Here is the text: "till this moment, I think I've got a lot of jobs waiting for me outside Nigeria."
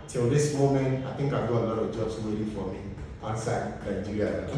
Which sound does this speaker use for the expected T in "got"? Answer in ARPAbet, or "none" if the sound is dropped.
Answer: none